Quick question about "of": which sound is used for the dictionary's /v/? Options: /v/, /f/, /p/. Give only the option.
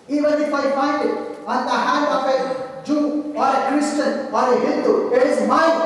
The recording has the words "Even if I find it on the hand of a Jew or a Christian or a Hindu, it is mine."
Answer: /p/